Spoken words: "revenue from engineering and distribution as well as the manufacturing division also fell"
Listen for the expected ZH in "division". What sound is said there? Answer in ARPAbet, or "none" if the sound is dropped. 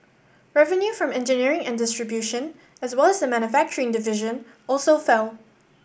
ZH